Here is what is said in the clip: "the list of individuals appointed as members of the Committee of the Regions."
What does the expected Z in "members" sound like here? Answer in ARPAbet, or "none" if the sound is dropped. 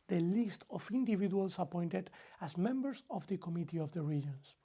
S